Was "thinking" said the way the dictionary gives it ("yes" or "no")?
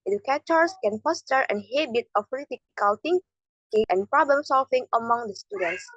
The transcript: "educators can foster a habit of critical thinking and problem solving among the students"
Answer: no